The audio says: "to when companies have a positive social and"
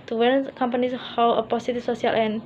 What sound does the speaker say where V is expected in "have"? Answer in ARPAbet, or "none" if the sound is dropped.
W